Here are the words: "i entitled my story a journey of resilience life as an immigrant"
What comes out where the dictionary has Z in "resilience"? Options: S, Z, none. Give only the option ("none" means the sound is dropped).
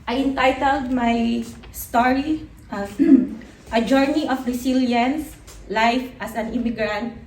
S